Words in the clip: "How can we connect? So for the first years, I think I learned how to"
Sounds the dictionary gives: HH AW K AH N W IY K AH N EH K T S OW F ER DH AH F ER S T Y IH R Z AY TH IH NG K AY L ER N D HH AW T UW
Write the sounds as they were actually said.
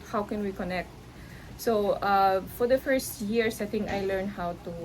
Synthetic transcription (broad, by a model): HH AW K AH N W IY K AH N EH K T S OW F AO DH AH F ER S T Y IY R S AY T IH NG AY L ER N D HH AW T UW